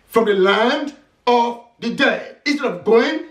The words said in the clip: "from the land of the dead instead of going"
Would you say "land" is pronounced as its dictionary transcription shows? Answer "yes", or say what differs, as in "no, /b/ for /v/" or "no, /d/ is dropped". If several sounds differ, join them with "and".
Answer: yes